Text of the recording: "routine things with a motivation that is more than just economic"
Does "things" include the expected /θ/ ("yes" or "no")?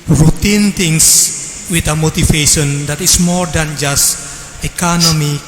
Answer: no